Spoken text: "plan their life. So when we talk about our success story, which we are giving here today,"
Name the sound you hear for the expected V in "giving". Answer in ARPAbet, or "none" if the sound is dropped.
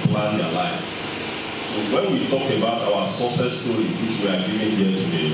none